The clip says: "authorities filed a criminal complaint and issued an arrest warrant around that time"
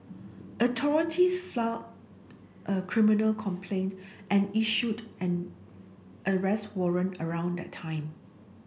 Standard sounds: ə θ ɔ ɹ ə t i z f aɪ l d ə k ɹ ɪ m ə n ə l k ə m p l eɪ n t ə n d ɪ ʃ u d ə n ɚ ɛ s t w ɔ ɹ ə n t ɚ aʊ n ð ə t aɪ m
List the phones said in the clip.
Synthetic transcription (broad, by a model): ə t ɔ ɹ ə t i s f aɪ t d ə k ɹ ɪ m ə n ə l k ə m p l eɪ n t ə n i ʃ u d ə n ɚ ɛ s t w ɔ ɹ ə n ɚ aʊ n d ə t aɪ m